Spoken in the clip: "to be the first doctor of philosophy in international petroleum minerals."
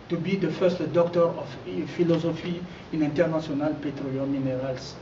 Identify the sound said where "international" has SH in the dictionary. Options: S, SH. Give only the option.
S